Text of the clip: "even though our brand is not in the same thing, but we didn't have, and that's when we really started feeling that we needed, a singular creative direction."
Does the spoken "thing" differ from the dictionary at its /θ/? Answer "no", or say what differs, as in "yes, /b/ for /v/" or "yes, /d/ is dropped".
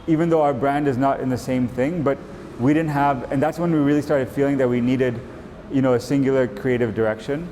no